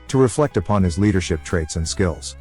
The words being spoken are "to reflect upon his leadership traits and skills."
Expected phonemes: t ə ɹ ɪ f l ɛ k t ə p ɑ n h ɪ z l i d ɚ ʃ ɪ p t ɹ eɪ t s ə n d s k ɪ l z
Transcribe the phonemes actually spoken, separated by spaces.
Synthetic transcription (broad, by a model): t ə ɹ ɪ f l ɛ k t ə p ɑ n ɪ z l i d ɚ ʃ ɪ p t ɹ eɪ t s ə n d s k ɪ l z